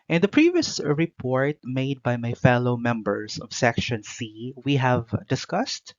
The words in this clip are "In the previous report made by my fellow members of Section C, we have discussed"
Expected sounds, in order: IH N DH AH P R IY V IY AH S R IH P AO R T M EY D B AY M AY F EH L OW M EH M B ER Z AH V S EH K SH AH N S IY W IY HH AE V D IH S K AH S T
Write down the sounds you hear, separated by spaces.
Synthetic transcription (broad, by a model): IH N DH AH P R IY V IY AH S R IH P AO R T M EY D B AY M AY F EH L OW M EH M B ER S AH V S EH K SH AH N S IY W IY HH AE V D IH S K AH S T